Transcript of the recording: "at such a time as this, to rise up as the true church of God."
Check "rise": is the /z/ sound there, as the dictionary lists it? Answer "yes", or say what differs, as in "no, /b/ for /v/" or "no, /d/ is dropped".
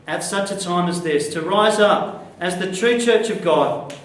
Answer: yes